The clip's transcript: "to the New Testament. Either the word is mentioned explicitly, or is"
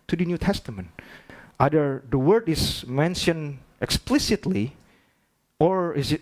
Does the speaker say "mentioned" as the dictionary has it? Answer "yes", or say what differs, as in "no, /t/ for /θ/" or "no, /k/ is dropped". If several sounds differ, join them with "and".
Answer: no, /d/ is dropped